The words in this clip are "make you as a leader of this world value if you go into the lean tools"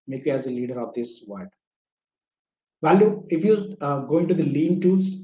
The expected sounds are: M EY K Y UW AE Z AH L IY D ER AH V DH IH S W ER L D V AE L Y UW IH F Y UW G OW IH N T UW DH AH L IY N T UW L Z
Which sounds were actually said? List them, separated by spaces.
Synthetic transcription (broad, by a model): M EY K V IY AE Z AH L IY D ER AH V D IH S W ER D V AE L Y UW IH F Y UW G OW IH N T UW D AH L IY N T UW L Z